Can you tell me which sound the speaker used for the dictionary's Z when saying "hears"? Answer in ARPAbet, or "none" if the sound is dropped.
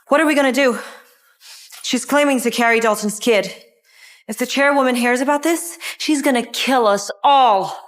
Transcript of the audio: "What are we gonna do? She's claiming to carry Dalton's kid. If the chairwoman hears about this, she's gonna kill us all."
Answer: Z